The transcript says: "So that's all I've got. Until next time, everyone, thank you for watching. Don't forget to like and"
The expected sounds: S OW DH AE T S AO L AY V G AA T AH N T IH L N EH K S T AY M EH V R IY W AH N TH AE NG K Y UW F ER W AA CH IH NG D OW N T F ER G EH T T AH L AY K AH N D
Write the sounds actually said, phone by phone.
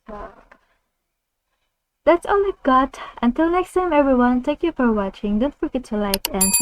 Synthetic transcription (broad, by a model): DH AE T S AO L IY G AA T AH N T IH L N EH K S T AY M EH V R IY W AH N T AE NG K Y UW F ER W AA CH IH NG D OW N T F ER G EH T T AH L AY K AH N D